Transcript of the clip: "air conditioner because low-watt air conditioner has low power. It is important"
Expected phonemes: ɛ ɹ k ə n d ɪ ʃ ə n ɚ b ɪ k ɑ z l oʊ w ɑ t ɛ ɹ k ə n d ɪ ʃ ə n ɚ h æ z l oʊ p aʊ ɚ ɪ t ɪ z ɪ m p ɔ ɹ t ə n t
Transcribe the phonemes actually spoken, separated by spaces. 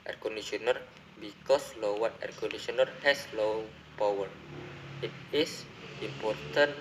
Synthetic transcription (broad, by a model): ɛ ɹ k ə n d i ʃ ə n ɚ b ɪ k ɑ s l oʊ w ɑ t ɛ ɹ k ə n d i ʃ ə n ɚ h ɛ s l oʊ p aʊ ɚ ɪ t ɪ s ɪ m p ɔ ɹ t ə n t